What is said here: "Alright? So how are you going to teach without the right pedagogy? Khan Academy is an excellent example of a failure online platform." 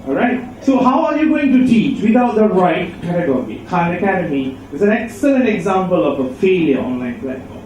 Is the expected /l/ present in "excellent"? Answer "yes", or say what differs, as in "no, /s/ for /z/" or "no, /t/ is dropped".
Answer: yes